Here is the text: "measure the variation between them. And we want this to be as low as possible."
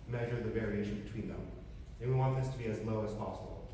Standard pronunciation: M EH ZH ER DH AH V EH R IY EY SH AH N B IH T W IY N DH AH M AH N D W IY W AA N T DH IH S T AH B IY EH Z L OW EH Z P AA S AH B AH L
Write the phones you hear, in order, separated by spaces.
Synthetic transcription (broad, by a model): M EH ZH ER DH AH V EH R IY EY SH AH N B IH T W IY N DH AH M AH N W IY W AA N DH IH S T AH B IY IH Z L OW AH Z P AA S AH B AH L